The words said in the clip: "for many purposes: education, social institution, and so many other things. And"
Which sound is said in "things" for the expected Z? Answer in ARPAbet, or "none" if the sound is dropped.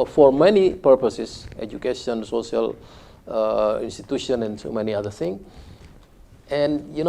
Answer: none